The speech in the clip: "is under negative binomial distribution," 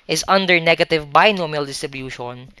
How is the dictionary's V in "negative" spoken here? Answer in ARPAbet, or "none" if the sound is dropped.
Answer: V